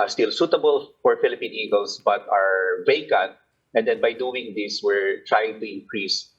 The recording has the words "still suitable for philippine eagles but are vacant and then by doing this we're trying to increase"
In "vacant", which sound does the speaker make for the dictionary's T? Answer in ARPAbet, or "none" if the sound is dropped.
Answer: T